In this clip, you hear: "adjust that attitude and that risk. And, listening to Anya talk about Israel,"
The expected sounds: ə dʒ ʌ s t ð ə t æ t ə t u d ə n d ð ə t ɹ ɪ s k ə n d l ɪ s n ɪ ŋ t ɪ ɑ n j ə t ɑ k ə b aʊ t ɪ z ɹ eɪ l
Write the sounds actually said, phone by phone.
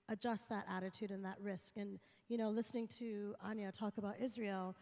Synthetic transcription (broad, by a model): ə dʒ ʌ s t ð ə t æ t ə t u d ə n ð ə t ɹ ɪ s k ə n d l ɪ s n ɪ ŋ t ɪ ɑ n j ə t ɑ k ə b aʊ t ɪ z ɹ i l